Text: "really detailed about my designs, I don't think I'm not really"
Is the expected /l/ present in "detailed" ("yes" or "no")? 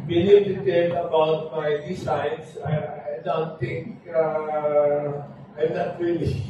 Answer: no